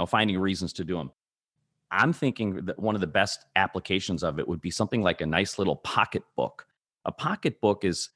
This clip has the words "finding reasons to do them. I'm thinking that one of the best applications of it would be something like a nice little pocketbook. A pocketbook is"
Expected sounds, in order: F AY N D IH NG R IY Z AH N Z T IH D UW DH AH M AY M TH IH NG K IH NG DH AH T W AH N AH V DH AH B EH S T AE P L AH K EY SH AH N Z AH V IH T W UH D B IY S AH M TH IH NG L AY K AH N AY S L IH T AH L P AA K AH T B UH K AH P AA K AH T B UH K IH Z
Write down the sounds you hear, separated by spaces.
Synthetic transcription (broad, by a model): F AY N D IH NG R IY Z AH N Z T IH D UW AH M AY M TH IH NG K IH NG DH AH T W AH N AH V DH AH B EH S T AE P L AH K EY SH AH N Z AH V IH T W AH D B IY S AH M TH IH NG L AY K AH N AY S L IH T L P AA K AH T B UH K AH P AA K AH T B UH K IH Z